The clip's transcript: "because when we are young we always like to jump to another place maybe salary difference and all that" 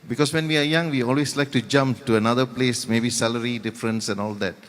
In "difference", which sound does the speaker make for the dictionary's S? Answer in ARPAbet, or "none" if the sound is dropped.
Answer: S